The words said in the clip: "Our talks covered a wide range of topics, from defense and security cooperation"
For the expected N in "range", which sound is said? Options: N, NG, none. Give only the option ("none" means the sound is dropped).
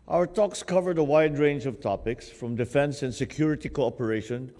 N